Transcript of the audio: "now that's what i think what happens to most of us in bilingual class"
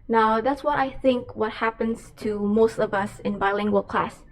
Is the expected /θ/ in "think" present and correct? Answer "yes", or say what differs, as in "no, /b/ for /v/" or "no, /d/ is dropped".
yes